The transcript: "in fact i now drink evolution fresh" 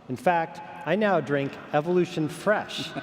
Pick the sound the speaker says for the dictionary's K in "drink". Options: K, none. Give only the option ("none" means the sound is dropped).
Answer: K